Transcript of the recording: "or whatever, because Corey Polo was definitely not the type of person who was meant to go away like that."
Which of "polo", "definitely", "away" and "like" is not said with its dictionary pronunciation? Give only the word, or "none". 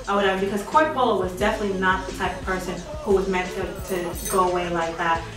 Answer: polo